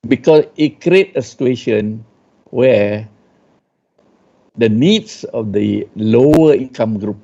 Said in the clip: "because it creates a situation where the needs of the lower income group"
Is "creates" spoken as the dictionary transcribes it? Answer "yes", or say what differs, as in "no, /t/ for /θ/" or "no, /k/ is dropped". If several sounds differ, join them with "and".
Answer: no, /s/ is dropped